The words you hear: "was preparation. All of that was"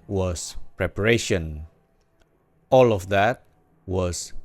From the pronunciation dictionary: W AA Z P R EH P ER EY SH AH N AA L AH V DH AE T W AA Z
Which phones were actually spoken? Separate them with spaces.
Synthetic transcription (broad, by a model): W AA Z P R EH P ER EY SH AH N AA L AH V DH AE T W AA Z